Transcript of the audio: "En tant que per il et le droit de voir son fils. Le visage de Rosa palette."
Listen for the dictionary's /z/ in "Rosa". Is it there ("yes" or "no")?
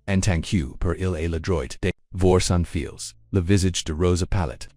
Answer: yes